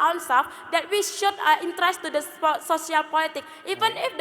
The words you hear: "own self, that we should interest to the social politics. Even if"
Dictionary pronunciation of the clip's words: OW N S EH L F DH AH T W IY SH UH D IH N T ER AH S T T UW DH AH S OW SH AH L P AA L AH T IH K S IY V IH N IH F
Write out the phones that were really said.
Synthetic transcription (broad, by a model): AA N S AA F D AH T W IY SH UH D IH N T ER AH S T T UW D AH S OW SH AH L P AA L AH T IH K IY V IH N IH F